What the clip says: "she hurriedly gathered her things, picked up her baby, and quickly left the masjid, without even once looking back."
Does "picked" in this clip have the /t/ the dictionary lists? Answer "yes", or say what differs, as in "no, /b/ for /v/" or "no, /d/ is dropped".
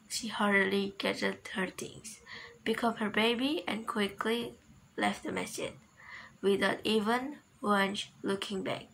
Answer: no, /t/ is dropped